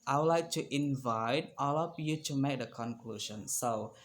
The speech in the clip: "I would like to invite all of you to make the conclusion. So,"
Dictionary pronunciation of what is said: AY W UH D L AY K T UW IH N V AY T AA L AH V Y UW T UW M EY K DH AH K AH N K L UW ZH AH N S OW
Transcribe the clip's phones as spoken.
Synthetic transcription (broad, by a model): AY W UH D L AY K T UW IH N V AY T AA L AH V Y UW T UW M EY K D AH K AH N K L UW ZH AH N S OW